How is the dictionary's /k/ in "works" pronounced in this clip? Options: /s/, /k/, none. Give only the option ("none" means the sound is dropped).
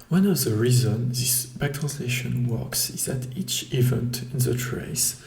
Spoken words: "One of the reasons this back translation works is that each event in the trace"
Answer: /k/